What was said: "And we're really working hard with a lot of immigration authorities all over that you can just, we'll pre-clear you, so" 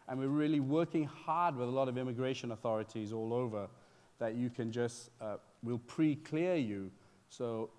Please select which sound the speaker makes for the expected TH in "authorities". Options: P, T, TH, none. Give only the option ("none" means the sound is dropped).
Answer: TH